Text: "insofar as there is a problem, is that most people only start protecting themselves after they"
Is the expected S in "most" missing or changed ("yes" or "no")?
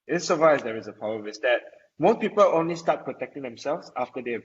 yes